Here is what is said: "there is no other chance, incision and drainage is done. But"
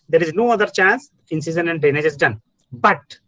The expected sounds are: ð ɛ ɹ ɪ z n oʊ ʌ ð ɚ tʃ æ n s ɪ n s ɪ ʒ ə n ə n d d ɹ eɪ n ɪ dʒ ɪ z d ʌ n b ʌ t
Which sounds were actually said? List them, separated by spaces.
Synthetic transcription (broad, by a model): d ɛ ɹ ɪ z n oʊ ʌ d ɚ tʃ æ n s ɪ n s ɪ z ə n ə n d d eɪ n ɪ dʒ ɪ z d ʌ n b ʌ t